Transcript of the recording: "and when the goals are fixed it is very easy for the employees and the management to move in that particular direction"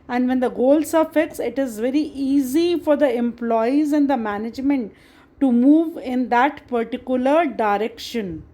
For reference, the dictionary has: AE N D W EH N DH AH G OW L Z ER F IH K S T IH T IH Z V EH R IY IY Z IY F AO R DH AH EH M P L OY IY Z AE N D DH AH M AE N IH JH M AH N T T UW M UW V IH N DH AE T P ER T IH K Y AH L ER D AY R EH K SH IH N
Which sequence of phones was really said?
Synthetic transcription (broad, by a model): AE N D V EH N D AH G OW L S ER F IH K S IH T IH Z V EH R IY IY Z IY F AO R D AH EH M P L OY IY Z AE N D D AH M AE N IH JH M AH N T T UW M UW V IH N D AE T P ER T IH K Y AH L ER D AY R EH K SH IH N